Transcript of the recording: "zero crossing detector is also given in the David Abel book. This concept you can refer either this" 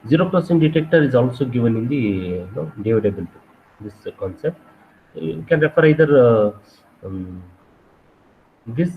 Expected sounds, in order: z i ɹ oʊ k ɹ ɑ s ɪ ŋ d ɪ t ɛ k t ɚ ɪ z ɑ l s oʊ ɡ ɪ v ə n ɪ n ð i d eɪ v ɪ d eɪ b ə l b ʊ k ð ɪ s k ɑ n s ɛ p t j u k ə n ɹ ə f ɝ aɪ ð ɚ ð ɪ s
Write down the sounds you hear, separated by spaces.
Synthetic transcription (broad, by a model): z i ɹ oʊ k l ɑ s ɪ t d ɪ t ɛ k t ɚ ɪ z ɑ l s oʊ ɡ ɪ v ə n ɪ n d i d eɪ v ɪ d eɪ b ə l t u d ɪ s k ɑ n s ɛ p t k ə n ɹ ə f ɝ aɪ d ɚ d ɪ s